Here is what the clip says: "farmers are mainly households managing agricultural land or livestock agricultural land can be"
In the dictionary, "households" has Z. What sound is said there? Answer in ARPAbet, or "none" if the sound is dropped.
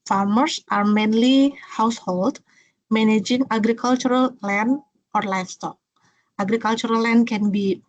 none